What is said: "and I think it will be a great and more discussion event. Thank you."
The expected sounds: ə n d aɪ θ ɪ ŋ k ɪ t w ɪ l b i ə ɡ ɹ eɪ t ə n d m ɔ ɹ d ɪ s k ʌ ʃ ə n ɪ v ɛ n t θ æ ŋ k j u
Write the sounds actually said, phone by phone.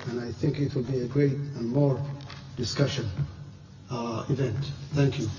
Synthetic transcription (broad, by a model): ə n aɪ θ ɪ ŋ k ɪ t w ɪ l b i ə ɡ ɹ eɪ t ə n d m ɔ ɹ d ɪ s k ʌ ʃ ə n ɪ v ɛ n t θ æ ŋ k j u